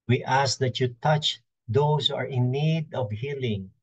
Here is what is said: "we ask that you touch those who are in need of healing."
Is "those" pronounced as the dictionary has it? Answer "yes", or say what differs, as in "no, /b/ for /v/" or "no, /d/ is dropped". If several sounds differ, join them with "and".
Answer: no, /s/ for /z/